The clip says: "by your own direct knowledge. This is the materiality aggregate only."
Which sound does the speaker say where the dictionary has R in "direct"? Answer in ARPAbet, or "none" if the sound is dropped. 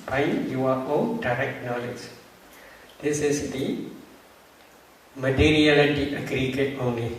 R